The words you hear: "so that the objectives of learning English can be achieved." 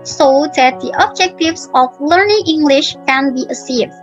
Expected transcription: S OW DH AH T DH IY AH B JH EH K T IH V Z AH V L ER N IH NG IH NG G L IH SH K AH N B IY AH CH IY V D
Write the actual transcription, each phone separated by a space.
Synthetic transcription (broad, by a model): S OW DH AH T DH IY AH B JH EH K T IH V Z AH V L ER N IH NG IH NG G L IH SH K AH N B IY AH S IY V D